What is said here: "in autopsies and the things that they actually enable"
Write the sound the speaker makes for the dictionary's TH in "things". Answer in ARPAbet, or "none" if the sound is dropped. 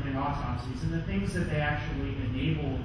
TH